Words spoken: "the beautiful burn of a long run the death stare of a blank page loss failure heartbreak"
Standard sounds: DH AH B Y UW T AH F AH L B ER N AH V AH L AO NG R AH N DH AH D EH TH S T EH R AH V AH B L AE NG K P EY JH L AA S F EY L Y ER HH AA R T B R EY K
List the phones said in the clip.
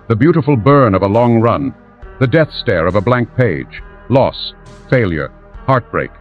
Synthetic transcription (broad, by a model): DH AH B Y UW T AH F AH L B ER N AH V AH L AO NG R AH N DH AH D EH TH S T EH R AH V AH B L AE NG K P EY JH L AA S F EY L Y ER HH AA R T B R EY K